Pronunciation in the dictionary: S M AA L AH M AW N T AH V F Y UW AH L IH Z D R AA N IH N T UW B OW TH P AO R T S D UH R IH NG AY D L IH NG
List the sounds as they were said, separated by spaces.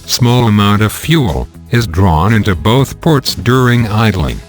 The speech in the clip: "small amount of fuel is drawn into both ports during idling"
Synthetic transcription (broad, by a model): S M AA L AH M AW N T AH V F Y UW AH L IH Z D R AA N IH N T UW B OW TH P AO R T S D UH R IH NG AY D L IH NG